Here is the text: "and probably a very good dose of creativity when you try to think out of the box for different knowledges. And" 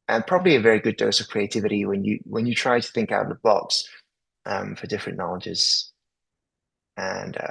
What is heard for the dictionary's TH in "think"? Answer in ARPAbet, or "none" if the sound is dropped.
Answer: TH